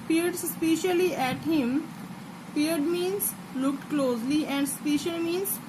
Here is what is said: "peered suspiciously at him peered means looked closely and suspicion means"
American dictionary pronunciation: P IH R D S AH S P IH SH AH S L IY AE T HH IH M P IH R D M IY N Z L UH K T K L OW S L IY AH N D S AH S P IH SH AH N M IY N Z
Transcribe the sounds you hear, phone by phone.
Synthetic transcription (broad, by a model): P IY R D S S P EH SH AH L IY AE T HH IH M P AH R D M IY N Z L UH K T K L OW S L IY AH N D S S P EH SH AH L M IY N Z